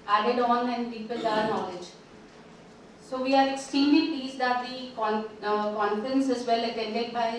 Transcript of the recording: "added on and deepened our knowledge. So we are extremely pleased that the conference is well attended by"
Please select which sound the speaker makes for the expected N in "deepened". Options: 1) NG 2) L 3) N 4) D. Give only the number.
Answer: 2